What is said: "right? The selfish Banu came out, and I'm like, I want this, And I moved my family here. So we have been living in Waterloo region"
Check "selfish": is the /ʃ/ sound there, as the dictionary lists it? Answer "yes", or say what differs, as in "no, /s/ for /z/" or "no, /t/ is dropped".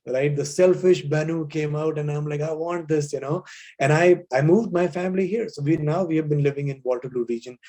yes